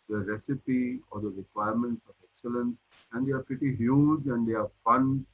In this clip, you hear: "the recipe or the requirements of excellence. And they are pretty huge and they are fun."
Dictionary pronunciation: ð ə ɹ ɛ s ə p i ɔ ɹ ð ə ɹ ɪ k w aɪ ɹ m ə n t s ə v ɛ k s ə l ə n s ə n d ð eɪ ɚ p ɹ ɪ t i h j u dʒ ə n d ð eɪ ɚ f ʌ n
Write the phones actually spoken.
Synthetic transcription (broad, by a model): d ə ɹ ɛ s ə p i ɔ ɹ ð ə ɹ ɪ k w aɪ ɹ m ə n t s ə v ɛ k s ə l ə n s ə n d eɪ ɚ p ɹ ɪ t i h j u dʒ ə n d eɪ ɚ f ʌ n